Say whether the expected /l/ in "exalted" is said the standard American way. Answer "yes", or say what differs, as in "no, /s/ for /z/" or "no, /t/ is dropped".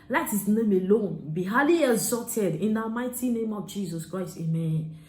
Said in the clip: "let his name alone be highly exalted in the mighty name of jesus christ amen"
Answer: no, /l/ is dropped